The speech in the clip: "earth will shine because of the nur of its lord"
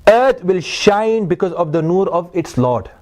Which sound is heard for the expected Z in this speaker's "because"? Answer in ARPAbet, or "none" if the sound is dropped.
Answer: Z